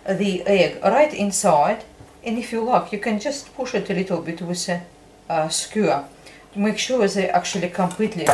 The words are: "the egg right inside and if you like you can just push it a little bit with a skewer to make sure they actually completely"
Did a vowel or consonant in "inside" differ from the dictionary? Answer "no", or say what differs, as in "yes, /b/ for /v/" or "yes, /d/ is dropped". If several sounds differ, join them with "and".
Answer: no